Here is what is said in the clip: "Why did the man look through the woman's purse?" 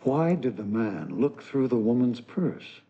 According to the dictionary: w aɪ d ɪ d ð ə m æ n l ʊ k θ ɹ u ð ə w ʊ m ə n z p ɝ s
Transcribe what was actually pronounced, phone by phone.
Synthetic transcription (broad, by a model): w aɪ d ɪ d ð ə m æ n l ʊ k θ ɹ u ð ə w ʊ m ə n z p ɝ s